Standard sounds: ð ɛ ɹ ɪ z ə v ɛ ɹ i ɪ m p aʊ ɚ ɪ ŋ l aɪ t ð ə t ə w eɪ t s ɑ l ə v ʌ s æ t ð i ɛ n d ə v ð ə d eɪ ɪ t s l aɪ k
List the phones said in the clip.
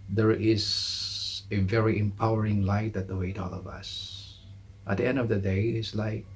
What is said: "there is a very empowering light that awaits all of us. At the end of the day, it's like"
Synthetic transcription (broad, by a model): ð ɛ ɹ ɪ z ə v ɛ ɹ i ɪ m p aʊ ɚ ɪ ŋ l aɪ t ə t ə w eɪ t ɑ l ə v ʌ s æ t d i ɛ n d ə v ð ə d eɪ ɪ t s l aɪ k